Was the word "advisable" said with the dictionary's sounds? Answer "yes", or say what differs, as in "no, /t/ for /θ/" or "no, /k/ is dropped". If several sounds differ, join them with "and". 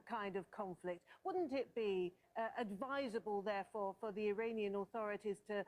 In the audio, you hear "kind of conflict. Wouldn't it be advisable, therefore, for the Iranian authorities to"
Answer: yes